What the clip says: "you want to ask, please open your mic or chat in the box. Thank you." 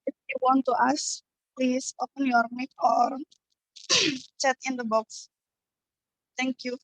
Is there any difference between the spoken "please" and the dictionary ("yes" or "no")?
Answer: yes